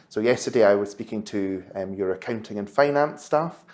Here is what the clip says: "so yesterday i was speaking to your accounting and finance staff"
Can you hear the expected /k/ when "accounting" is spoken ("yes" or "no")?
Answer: yes